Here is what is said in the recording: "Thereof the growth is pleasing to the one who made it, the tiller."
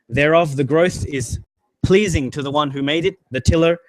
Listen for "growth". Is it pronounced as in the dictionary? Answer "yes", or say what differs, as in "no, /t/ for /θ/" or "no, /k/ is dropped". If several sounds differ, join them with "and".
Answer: yes